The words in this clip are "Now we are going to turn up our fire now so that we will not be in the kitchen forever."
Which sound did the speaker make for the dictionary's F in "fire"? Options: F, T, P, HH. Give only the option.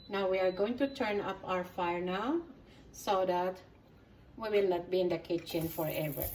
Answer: F